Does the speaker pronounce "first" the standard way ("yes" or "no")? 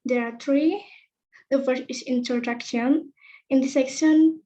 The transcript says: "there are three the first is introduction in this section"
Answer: no